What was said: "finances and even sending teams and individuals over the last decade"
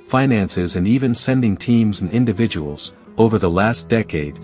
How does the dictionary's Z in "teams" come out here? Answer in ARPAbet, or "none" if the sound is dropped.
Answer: Z